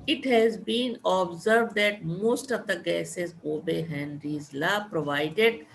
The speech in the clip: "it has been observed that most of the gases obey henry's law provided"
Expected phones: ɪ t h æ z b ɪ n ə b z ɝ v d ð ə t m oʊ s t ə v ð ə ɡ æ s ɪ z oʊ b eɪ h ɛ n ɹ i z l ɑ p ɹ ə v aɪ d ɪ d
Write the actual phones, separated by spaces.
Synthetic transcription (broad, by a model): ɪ t h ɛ z b ɪ n ə b z ɝ v d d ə t m oʊ s t ə v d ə ɡ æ s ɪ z oʊ b eɪ h ɛ n ɹ i z l ɑ p ɹ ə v aɪ d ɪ d